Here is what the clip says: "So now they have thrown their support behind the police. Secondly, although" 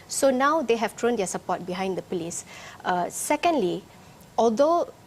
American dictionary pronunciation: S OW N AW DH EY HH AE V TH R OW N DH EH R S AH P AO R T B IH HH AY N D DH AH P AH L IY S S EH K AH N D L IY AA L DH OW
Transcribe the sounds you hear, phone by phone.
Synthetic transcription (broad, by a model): S OW N AW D EY HH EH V T R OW N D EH S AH P AO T B IH HH AY N D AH P AH L IY S S EH K AH N D L IY AA L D OW